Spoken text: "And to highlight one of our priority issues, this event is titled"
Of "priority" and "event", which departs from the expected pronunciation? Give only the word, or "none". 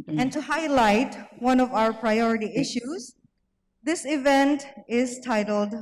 none